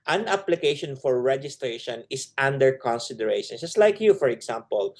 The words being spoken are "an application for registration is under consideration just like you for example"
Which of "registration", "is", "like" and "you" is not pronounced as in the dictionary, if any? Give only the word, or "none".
is